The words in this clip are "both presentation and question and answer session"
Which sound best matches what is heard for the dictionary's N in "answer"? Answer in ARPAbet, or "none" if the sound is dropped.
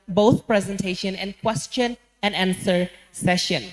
N